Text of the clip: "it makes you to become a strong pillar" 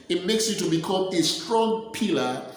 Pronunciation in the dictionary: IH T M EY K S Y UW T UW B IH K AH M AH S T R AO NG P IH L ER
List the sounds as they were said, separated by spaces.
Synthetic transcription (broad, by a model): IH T M EY K S Y UW T UW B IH K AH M AH S T R AO NG P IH L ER